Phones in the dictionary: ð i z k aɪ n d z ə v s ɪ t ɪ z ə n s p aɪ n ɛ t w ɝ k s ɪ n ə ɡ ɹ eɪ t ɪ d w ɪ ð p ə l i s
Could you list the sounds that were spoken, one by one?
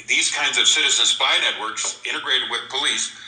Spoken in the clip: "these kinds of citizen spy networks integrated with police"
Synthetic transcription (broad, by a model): ð i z k aɪ n d z ə v s ɪ t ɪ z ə n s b aɪ n ɛ t w ɝ k s ɪ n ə ɡ ɹ eɪ t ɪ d w ɪ ð p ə l i s